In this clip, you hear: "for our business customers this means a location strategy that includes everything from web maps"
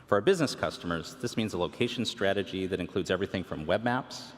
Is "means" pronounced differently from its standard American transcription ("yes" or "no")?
no